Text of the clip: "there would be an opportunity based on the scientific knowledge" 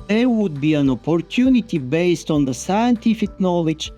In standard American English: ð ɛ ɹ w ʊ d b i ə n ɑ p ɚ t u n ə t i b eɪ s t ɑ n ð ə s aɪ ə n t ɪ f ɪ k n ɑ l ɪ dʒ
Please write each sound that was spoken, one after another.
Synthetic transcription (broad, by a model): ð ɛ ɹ w ʊ d b i ə n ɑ p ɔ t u n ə t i b eɪ s t ɑ n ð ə s aɪ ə n t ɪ f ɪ k n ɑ l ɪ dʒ